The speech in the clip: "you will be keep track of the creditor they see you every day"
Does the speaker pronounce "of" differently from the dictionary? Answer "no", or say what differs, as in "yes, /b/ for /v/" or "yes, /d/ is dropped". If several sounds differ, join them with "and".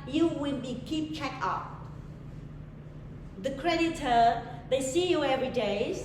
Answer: yes, /p/ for /v/